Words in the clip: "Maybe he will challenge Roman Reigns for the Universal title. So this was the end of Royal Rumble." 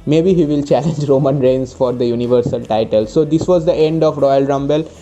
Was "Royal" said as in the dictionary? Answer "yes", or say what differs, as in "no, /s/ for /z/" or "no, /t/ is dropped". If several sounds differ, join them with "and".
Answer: yes